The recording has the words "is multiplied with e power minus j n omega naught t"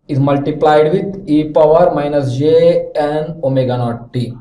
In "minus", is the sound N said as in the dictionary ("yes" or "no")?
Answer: yes